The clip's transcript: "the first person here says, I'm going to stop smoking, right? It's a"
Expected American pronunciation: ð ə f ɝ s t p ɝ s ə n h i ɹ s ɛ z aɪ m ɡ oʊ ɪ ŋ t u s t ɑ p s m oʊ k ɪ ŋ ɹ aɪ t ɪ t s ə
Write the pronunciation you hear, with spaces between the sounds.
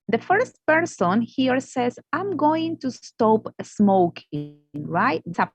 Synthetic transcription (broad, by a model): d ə f ɝ s t p ɝ s ə n h i ɹ s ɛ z aɪ m ɡ oʊ ɪ ŋ t u s t ɑ p s m oʊ k ɪ ŋ ɹ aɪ ɪ t s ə